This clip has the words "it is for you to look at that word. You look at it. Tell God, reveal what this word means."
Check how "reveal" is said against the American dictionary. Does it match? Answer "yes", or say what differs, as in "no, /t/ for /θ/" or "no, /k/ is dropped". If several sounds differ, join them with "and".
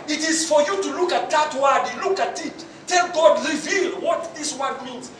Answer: yes